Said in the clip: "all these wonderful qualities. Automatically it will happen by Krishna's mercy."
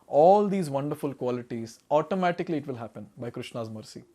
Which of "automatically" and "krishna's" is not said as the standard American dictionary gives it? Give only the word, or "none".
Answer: none